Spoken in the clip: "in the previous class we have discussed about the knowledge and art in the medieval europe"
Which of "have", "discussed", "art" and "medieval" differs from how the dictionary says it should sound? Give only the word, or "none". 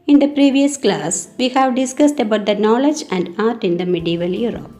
none